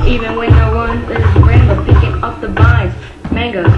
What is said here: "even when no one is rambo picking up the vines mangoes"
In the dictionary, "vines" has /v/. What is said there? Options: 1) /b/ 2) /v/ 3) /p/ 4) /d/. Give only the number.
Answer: 1